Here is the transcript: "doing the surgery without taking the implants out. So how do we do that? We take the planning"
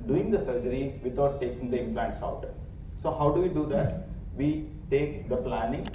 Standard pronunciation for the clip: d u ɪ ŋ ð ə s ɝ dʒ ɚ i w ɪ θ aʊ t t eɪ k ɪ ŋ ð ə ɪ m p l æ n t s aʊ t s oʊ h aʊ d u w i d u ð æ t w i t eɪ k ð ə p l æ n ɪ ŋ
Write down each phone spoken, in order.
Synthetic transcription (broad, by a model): d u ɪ ŋ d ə s ɝ dʒ ɚ i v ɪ t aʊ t t eɪ k ɪ ŋ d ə ɪ m p l æ n t s aʊ t s oʊ h aʊ d u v i d u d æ t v i t eɪ k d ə p l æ n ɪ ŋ